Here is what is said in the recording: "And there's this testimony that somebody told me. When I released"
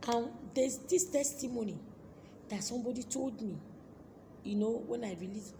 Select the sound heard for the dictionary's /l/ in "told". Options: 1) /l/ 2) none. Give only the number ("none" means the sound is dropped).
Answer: 1